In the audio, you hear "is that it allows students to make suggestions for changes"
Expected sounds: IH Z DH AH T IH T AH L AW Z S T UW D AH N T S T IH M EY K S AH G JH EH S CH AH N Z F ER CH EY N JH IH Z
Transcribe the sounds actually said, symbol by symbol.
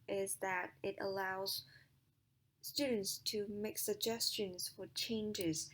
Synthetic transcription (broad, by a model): IH Z DH AH T IH T AH L AW Z S T UW D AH N T S T IH M EY K S AH G JH EH S CH AH N Z F ER CH EY N JH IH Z